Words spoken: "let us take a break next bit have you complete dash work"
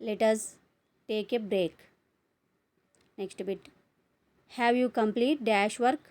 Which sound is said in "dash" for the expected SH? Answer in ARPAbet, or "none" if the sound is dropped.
SH